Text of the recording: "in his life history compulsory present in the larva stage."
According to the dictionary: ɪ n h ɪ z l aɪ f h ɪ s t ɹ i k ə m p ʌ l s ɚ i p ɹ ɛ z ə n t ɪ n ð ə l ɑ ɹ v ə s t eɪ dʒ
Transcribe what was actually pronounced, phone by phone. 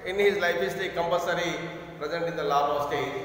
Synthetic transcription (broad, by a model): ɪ n h ɪ z l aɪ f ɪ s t i k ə m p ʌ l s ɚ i p ɹ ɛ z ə n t ɪ n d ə l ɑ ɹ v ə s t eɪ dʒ